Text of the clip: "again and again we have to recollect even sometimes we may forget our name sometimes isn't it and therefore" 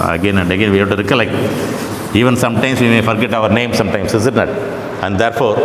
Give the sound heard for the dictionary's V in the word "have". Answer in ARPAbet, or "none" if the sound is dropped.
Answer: B